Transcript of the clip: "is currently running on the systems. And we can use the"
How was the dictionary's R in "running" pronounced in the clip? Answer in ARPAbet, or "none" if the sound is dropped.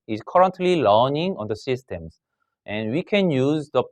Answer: L